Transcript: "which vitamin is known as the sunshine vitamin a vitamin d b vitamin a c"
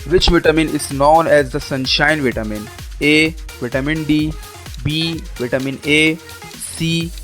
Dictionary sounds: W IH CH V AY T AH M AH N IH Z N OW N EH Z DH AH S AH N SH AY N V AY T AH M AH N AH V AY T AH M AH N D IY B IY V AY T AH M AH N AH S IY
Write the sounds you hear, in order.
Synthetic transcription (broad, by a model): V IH CH V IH T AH M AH N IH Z N OW N EH Z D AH S AH N SH AY N V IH T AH M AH N AH V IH T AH M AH N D IY B IY V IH T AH M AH N AH S IY